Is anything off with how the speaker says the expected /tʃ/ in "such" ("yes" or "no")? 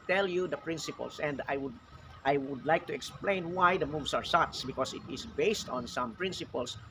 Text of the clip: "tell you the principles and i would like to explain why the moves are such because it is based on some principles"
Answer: yes